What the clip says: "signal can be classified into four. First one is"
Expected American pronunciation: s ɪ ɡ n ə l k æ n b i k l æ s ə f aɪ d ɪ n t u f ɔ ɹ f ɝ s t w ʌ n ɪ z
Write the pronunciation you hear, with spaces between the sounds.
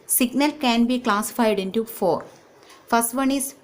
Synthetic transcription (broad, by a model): s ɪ ɡ n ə l k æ n b i k l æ s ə f aɪ d ɪ n t u f ɔ ɹ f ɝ s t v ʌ n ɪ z